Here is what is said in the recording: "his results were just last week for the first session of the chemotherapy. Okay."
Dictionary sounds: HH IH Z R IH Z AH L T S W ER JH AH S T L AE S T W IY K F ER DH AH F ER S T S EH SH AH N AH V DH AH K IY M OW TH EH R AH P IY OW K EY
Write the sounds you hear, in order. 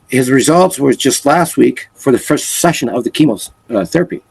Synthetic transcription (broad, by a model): HH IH Z R IH Z AH L T S W ER JH AH S T L AE S T W IY K F ER DH AH F ER S T S EH SH AH N AH V DH AH K IY M OW TH EH R AH P IY